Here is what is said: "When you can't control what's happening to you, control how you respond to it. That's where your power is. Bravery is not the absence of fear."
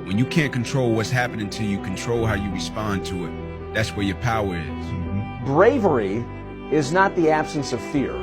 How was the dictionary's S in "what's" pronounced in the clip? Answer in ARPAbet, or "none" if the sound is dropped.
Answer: S